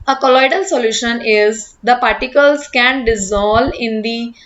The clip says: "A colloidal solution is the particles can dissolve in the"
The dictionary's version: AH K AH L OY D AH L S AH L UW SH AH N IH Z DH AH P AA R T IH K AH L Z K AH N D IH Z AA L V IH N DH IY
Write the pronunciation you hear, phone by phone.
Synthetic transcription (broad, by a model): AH K AH L OY D AH L S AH L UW SH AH N IH Z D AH P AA R T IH K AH L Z K AH N D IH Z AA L IH N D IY